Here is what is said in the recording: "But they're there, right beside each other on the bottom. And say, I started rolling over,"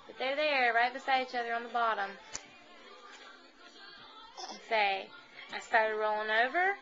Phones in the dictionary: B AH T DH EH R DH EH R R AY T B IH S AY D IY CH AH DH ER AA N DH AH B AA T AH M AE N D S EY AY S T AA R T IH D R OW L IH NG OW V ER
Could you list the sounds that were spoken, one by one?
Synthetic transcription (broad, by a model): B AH T DH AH R DH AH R R AY T B IH S AY D IY CH AH DH ER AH N DH AH B AA T AH M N S EY AY S T AA R T IH D R OW L IH NG OW V ER